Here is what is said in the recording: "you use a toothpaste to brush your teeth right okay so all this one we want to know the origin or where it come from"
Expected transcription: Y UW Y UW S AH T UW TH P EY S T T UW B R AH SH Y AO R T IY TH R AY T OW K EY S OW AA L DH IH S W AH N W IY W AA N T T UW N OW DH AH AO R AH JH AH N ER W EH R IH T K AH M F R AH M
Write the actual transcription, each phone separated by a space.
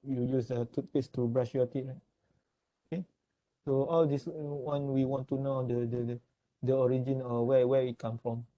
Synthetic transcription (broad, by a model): Y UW Y UW S AH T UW T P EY S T T UW B R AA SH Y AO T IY R AY T OW K EY S OW AA L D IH S W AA N W IY W AA N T T UW N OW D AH AO R AH JH AH N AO W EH W IH T K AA M F R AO M